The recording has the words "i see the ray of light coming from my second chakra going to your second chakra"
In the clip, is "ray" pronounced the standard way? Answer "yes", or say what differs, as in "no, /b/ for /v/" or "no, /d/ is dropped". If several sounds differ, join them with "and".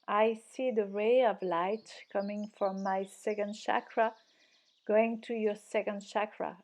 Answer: yes